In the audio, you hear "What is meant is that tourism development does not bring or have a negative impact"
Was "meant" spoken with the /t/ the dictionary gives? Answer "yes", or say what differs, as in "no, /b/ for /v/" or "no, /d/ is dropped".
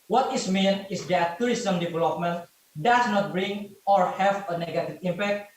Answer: no, /t/ is dropped